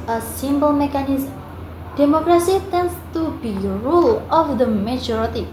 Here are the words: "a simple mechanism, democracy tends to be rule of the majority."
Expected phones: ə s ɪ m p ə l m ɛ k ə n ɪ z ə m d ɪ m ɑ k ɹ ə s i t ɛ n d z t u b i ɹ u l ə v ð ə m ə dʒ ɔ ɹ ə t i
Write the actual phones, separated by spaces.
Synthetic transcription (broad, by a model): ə s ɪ m b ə l m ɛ k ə n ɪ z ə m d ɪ m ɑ k ɹ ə s i t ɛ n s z t u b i ɹ u l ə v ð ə m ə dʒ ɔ ɹ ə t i